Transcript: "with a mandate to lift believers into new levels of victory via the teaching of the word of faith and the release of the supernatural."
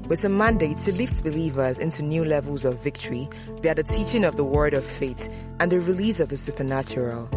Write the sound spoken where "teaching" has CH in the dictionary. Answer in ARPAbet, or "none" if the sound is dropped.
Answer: CH